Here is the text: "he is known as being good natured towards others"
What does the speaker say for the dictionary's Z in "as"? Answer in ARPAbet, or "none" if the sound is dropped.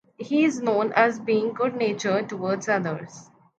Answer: Z